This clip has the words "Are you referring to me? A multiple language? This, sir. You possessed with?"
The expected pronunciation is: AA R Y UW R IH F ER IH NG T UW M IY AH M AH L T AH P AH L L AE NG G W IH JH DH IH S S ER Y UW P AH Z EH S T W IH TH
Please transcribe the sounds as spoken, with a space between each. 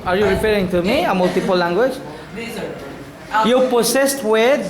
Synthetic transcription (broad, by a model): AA R Y UW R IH P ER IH NG T UW M IY AH M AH L T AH P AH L L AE NG G W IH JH Y UW P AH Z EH S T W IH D